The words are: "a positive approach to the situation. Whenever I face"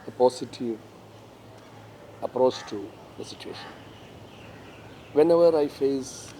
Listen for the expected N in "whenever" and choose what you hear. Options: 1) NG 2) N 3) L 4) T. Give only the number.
2